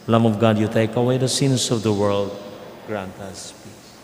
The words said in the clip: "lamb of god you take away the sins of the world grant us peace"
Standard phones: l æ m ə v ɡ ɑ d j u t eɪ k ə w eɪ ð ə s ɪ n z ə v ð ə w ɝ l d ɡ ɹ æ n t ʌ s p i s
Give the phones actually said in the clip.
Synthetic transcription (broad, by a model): l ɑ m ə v ɡ ɑ d j u t eɪ k ə w eɪ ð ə s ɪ n s ə v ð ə w ɝ l d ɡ ɹ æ n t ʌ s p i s